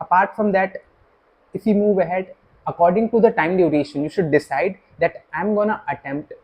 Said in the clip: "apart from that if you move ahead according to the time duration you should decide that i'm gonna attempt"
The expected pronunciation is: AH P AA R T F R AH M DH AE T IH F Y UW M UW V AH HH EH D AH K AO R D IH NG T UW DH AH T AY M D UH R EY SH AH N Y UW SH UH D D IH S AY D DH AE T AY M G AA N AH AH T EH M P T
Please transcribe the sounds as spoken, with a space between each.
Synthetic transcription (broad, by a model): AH P AA R T F R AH M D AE T IH F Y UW M UW V AH HH EH D AH K AO R D IH NG T UW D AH T AY M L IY R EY SH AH N Y UW SH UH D D IH S AY D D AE T AY M G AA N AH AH T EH M P T